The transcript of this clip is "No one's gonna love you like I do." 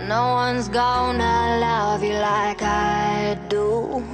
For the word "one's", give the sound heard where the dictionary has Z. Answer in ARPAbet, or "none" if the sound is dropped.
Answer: Z